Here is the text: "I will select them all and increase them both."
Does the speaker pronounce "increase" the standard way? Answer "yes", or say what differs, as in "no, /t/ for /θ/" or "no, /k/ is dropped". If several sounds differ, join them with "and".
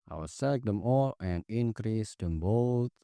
yes